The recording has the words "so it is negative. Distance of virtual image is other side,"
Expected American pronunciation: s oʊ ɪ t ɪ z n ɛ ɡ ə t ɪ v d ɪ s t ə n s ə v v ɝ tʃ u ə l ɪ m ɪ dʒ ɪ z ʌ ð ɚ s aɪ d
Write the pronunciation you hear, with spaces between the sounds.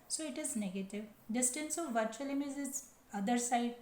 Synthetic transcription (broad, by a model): s oʊ ɪ t ɪ z n ɛ ɡ ə t ɪ v d ɪ s t ə n s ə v v ɝ tʃ u ə l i m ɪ z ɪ s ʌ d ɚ s aɪ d